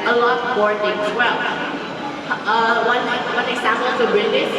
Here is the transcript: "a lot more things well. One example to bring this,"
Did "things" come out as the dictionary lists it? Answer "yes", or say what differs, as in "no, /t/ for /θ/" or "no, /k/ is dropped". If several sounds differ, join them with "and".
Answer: no, /t/ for /θ/